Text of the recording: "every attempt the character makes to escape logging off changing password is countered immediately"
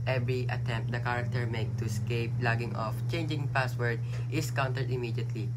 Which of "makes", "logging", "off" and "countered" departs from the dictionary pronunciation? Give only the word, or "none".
makes